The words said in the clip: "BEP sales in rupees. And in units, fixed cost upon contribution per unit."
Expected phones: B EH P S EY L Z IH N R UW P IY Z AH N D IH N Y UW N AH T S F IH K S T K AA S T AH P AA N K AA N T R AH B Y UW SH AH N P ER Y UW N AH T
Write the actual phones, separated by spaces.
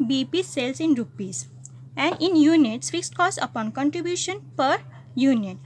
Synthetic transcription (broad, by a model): B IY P S EY L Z IH N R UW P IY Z AH N D IH N Y UW N AH T S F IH K S T K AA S AH P AA N K AA N T R AH B Y UW SH AH N P ER Y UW N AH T